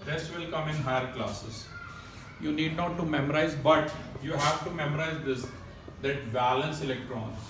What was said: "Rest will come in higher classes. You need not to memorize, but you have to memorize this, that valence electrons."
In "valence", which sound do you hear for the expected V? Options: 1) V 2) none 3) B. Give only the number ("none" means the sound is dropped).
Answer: 3